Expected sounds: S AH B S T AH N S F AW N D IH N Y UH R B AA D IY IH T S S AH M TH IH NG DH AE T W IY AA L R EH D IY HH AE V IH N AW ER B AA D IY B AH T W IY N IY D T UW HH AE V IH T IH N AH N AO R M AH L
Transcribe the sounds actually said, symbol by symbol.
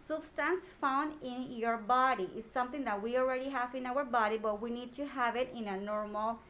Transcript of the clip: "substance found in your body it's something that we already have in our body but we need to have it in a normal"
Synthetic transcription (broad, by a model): S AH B S T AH N S F AW N D IH N Y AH R B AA D IY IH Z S S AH M T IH NG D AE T W IY AA L R EH D IY HH AE V IH N AW ER B AA D IY B AH T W IY N IY D T UW HH AE V IH T IH N AH N AO R M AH L